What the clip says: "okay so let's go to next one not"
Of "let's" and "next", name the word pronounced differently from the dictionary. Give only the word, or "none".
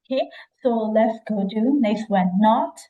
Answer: next